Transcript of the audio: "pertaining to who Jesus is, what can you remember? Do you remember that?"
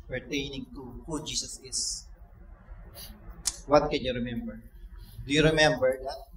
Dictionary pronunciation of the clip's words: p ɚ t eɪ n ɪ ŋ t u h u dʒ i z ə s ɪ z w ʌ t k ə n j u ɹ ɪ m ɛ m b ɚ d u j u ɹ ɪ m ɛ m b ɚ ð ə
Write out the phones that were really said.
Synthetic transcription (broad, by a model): p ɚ t eɪ n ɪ ŋ t u h u dʒ i s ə s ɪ s w ʌ t k ə n j u ɹ ɪ m ɛ m b ɚ d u j u ɹ ɪ m ɛ m b ɚ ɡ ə